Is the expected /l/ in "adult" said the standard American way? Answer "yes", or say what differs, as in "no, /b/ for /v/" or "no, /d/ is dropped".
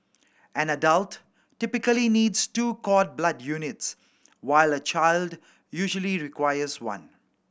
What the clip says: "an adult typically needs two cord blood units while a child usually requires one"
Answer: yes